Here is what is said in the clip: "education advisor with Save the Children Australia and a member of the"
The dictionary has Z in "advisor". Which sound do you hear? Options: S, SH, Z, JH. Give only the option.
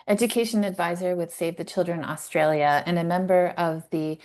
Z